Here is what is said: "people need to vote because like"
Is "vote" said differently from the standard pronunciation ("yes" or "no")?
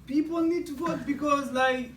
yes